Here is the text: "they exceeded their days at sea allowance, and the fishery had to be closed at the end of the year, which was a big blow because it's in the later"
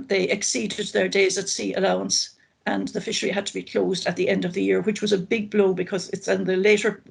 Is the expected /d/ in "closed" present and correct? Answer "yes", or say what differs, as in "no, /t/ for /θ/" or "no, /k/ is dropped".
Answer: yes